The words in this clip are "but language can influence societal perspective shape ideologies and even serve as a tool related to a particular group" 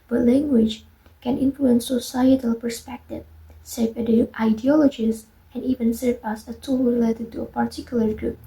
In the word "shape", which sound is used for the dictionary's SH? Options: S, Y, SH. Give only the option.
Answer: S